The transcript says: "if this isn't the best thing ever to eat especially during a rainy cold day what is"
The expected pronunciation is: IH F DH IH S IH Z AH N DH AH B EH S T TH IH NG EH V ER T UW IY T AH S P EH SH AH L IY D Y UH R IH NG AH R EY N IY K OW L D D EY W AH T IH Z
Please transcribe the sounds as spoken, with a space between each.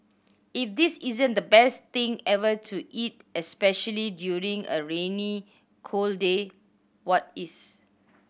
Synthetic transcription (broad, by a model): IH F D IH S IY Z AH N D AH B EH S T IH NG EH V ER T UW IY T AH S P EH SH AH L IY D Y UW R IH NG AH R EY N IY K OW L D D EY W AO T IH S